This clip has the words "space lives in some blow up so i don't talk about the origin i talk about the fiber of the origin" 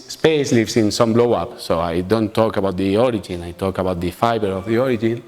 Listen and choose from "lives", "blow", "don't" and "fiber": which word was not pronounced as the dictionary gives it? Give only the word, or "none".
lives